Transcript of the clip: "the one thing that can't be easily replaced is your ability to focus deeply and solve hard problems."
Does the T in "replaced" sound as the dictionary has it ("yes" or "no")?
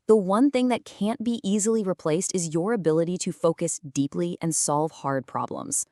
yes